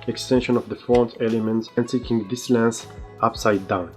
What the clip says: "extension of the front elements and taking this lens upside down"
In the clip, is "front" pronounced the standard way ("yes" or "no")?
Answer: no